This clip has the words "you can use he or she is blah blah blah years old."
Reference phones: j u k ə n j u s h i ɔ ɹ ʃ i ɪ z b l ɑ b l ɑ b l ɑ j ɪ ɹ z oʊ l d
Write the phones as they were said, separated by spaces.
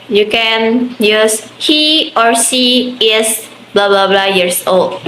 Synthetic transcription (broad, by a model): j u k ə n j u s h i ɔ ɹ s i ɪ s b l ɑ b l ɑ b l ɑ j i ɹ s oʊ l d